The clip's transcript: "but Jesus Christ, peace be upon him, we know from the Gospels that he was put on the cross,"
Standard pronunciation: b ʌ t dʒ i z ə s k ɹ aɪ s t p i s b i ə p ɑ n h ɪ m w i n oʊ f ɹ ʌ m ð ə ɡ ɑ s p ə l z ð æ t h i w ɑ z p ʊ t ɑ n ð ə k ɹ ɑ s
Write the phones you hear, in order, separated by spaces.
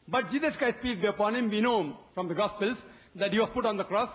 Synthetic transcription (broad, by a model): b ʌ t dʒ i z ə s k aɪ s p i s b i ə p ɑ n h ɪ m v i n oʊ f ɹ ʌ m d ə ɡ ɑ s p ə l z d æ t h i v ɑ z p ʊ t ɑ n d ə k ɹ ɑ s